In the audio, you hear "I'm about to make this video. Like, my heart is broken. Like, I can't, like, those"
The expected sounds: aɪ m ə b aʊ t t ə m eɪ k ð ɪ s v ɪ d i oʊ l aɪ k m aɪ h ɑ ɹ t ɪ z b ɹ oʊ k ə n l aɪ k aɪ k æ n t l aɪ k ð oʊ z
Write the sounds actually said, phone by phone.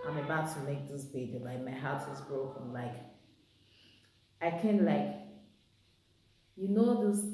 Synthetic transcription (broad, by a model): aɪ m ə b aʊ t t ə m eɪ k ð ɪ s b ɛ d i l aɪ k m aɪ h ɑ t ɪ z b ɹ oʊ k ə n l aɪ k aɪ k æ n l aɪ k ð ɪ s